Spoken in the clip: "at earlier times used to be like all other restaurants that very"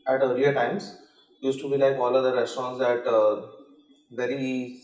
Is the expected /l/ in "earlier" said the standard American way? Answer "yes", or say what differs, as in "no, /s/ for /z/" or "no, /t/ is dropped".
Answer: no, /l/ is dropped